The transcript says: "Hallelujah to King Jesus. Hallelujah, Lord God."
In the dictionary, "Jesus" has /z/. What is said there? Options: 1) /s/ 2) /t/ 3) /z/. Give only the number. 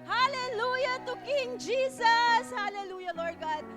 1